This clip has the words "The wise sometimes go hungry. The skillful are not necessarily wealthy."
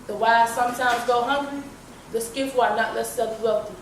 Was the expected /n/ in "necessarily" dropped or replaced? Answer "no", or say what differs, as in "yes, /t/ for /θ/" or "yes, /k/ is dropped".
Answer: yes, /l/ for /n/